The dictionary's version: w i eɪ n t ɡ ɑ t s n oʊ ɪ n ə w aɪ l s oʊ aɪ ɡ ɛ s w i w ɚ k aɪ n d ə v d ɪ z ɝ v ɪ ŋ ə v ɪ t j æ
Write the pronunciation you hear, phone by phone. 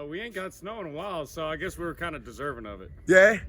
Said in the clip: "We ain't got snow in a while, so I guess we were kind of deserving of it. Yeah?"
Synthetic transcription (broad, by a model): w i eɪ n ɡ ɑ t s n oʊ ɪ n ə w aɪ l s oʊ aɪ ɡ ɛ s w i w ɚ k aɪ n d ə d ɪ z ɝ v ɪ ŋ ə v ɪ t j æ